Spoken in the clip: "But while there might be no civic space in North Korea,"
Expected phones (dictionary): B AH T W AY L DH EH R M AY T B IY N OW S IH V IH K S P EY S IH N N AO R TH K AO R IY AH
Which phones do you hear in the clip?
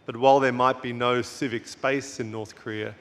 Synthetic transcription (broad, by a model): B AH T W AY L DH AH R M AY T B IY N OW S IH V IH K S P EY S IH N N AO R TH K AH R IY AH